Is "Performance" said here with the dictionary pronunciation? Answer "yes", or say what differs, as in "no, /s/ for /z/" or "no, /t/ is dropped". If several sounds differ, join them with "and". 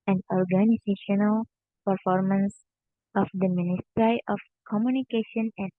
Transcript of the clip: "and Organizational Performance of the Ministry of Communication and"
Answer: yes